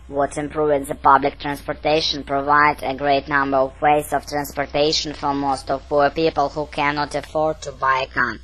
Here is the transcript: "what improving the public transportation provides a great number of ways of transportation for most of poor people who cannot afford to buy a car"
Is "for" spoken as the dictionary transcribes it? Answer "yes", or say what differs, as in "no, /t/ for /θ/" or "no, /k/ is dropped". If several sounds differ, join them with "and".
yes